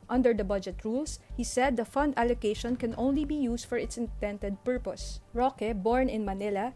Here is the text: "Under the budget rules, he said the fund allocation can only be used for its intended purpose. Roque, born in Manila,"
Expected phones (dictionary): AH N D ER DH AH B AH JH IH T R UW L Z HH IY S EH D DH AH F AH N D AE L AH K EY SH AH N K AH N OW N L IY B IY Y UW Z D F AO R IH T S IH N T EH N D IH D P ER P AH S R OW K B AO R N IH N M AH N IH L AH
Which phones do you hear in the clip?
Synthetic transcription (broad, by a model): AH N D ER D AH B AH JH IH T R UW L S HH IY S EH D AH F AH N D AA L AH K EY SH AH N K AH N OW N L IY B IY Y UW S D F AO R IH T S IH N T EH N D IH D P ER P AH S R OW K B AO R N IH N M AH N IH L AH